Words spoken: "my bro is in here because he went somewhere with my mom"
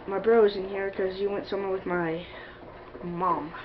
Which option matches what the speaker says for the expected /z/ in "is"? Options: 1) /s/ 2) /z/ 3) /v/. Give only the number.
2